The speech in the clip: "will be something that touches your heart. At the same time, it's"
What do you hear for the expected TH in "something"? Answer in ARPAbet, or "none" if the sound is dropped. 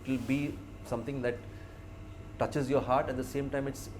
T